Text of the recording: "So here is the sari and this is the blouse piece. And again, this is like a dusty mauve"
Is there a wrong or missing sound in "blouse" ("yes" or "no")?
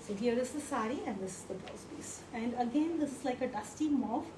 yes